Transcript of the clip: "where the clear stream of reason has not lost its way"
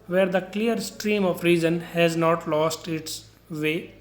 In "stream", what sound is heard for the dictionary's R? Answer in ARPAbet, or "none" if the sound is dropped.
R